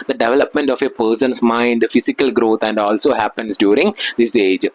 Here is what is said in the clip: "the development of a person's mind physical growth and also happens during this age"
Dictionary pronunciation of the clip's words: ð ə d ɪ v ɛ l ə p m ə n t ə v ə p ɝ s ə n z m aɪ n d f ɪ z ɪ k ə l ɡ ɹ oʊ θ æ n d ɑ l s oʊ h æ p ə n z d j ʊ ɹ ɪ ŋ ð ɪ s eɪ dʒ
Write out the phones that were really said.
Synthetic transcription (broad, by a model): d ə d ɪ v ɛ l ə p m ə n t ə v ə p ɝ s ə n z m aɪ n d f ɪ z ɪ k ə l ɡ ɹ oʊ t æ n d ɑ l s oʊ h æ p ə n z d j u ɹ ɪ ŋ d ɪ s eɪ dʒ